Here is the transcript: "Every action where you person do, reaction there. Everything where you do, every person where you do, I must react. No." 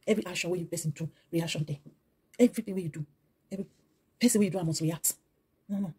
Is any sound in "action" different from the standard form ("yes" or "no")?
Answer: yes